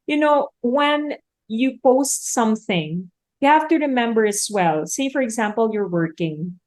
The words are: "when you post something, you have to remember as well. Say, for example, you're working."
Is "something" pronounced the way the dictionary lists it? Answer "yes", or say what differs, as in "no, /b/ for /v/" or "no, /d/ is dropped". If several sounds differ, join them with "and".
yes